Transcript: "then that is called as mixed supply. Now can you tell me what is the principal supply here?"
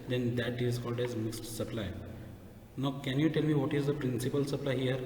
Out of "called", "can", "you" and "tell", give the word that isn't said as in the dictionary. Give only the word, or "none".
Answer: none